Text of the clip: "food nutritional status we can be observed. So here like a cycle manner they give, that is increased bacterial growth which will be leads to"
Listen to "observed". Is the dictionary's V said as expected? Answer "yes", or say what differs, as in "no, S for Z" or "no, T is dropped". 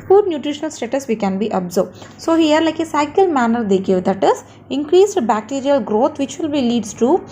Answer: no, B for V